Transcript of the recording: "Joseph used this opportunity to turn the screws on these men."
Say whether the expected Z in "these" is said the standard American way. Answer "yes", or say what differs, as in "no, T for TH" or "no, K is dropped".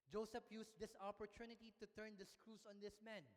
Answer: no, S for Z